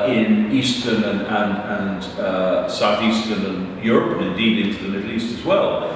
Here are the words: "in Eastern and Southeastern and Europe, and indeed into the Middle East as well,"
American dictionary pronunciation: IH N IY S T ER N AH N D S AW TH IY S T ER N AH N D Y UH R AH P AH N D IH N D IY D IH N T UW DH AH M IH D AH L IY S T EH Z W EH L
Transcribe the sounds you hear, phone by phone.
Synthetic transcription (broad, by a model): IH N IY S T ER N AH N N S AW TH IY S T ER N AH N Y UH R AH P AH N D IH N D IY D IH N T UW DH AH M IH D L IY S T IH Z W EH L